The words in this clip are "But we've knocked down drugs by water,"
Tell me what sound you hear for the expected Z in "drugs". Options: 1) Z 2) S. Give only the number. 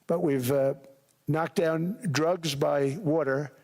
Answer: 1